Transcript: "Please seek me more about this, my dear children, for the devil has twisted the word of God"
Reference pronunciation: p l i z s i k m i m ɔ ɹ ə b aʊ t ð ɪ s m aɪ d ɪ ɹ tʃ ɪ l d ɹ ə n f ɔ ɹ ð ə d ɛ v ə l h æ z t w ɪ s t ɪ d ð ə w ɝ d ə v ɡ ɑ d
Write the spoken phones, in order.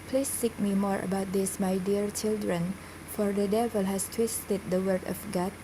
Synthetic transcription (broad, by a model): p l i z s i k m i m ɔ ɹ ə b aʊ t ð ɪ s m aɪ d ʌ ɹ tʃ ɪ l d ɹ ə n f ɔ ɹ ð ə d ɛ v ə l h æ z t w ɪ s t ɪ d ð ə w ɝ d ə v ɡ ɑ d